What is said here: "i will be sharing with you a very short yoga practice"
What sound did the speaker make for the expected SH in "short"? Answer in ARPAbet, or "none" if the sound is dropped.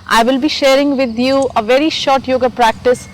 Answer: SH